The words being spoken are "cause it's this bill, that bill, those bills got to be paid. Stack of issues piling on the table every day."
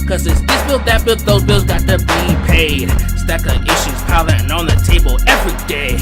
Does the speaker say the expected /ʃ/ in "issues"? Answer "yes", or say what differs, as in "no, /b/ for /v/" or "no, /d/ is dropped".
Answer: yes